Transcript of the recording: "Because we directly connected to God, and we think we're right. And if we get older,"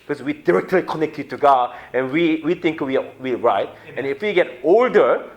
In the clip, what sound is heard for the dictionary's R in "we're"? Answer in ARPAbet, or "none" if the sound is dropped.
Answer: W